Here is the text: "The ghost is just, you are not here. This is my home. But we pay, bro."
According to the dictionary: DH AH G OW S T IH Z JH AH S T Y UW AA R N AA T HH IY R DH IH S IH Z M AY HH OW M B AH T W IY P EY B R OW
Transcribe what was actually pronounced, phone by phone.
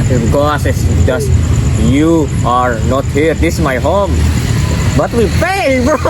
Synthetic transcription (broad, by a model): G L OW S IH S JH AH S T Y UW AA R N AA T HH IY R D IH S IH M AY HH OW M B AH T W IY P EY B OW